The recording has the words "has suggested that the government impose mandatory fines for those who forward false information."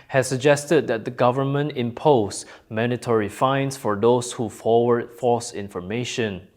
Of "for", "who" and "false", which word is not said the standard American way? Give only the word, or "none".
false